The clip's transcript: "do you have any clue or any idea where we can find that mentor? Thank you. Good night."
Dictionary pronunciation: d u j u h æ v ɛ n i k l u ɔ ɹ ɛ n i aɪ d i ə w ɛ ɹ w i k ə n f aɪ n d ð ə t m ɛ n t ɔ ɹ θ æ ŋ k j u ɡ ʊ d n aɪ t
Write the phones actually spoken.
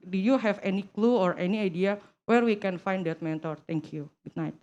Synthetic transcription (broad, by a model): d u j u h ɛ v ɛ n i k l u ɔ ɹ ɛ n i aɪ d i ə w ɛ ɹ w i k ə n f aɪ n d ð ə t m ɛ n t ɔ ɹ t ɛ ŋ k j u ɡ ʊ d n aɪ t